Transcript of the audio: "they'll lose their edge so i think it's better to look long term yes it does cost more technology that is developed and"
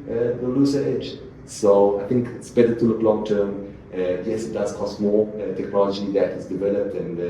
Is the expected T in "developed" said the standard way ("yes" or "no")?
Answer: yes